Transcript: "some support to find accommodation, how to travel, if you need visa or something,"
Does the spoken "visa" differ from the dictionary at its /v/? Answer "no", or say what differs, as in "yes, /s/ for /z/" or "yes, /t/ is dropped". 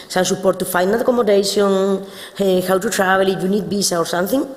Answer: yes, /b/ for /v/